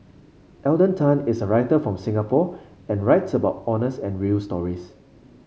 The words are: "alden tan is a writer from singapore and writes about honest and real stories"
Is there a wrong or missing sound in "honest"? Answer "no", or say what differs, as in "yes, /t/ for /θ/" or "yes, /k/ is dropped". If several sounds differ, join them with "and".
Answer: yes, /t/ is dropped